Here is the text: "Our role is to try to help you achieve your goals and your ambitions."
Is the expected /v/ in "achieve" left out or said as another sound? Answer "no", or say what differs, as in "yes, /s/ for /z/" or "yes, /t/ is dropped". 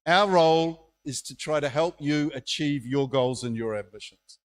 no